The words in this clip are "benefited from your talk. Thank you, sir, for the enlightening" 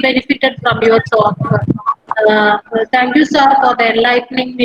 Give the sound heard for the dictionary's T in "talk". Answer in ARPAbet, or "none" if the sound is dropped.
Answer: S